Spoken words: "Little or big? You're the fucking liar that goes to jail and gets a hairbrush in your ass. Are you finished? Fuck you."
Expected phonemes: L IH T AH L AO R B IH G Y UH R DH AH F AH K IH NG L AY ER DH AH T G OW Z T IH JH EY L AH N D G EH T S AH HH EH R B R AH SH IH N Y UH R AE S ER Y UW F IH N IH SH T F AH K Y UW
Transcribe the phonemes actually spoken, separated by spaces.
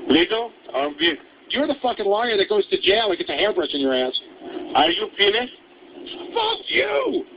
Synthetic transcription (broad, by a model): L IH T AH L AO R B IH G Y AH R DH AH F AH K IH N L AY ER DH AH T G OW Z T IH JH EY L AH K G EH T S AH HH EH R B R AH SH IH N Y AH R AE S ER Y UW P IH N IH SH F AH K Y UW